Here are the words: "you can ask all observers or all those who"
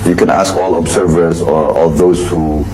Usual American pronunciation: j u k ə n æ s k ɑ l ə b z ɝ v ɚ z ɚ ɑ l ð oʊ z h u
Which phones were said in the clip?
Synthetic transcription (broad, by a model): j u k ə n æ s k ɑ l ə b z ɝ v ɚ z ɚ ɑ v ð oʊ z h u